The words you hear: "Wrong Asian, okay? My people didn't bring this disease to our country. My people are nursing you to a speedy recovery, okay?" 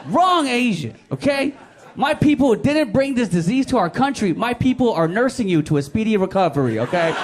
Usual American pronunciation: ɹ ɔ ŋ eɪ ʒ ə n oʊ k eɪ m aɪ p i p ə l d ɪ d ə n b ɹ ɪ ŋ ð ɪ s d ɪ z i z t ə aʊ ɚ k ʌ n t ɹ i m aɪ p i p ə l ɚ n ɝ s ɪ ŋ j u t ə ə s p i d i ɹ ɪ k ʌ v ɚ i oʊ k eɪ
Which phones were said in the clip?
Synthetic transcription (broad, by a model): ɹ ɔ ŋ eɪ ʒ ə oʊ k eɪ m aɪ p i p l d ɪ d n b ɹ ɪ ŋ ð ɪ s d ɪ z i z t ə aʊ ɚ k ʌ n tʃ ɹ i m aɪ p i p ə l ɚ n ɝ s ɪ ŋ j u t ə ə s p i d i ɹ ɪ k ʌ v ɚ i oʊ k eɪ